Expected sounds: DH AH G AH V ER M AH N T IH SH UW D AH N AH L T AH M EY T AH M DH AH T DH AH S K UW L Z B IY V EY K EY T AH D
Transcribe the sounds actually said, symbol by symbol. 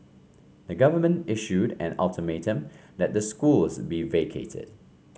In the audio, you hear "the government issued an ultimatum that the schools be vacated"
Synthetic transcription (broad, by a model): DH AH G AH V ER M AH N T IH SH UW D AH N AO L T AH M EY T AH M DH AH T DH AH S K UW L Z B IY V EY K EY T AH D